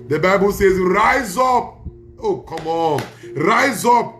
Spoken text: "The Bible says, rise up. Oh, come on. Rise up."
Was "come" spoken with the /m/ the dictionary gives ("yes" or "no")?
yes